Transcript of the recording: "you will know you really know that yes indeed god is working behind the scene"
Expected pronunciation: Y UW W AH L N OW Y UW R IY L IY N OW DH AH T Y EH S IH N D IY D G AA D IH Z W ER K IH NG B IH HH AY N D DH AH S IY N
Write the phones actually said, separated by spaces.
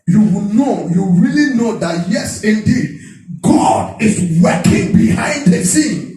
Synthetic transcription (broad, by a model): Y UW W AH N OW Y UW R IY L IY N OW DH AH T Y EH S IH N D IY D G AA D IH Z W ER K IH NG B IH HH AY N D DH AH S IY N